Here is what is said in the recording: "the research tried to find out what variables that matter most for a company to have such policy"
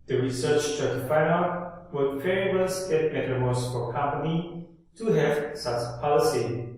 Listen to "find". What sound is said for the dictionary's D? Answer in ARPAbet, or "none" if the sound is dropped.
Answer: none